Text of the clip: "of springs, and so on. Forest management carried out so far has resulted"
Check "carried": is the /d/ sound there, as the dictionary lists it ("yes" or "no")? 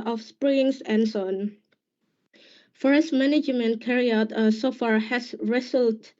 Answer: no